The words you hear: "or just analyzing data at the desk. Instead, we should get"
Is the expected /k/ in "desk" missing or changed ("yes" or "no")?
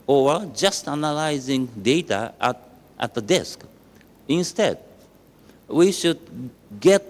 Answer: no